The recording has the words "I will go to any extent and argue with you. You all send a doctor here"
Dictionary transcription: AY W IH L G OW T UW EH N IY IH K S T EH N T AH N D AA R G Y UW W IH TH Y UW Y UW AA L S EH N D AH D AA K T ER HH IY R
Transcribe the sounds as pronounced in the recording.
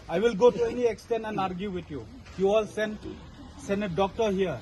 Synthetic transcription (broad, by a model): AY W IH L G OW T UW EH N IY IH K S T EH N T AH N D AA R G Y UW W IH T Y UW Y UW AA L S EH N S AH D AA K T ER HH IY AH